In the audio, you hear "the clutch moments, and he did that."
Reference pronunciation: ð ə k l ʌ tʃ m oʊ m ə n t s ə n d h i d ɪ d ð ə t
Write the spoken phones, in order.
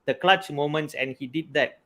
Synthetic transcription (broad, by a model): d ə k l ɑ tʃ m oʊ m ə n t s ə n h i d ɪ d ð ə t